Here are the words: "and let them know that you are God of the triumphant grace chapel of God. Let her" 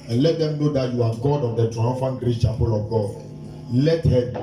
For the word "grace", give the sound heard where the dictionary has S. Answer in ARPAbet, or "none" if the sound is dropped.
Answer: none